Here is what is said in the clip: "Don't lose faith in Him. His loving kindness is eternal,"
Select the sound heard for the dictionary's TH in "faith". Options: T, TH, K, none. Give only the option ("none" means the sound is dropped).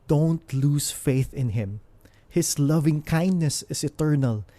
TH